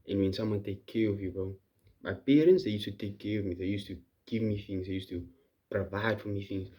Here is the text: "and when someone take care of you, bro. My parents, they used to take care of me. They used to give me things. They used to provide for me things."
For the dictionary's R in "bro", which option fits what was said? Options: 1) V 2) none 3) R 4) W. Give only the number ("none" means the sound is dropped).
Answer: 2